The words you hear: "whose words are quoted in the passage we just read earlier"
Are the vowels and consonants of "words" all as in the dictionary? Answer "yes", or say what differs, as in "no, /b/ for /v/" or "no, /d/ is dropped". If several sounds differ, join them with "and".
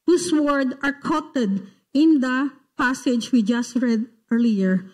no, /z/ is dropped